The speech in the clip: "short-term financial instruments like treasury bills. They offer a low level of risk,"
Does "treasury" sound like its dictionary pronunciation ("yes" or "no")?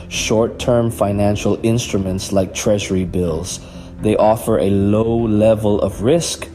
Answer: yes